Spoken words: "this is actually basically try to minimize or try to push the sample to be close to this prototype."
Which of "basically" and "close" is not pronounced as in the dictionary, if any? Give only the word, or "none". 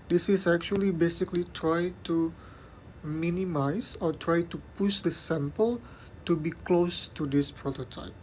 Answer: none